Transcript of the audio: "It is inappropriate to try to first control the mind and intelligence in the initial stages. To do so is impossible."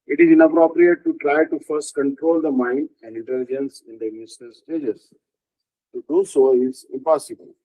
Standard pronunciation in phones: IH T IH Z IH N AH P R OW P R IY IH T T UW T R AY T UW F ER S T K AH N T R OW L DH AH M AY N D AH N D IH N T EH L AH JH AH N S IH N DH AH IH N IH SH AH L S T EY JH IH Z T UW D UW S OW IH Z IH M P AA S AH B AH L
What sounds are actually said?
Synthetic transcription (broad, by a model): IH T IH Z IH N AH P R OW P R IY IH T T UW T R AY T UW F ER S T K AH N T R OW L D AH M AY N D AH N D IH N T EH L AH JH AH N S IH N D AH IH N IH S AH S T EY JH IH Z T UW D UW S OW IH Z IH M P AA S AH B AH L